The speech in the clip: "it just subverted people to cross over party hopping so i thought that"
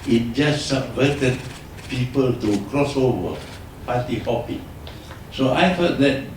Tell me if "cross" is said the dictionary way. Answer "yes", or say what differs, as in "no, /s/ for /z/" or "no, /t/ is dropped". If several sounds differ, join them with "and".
yes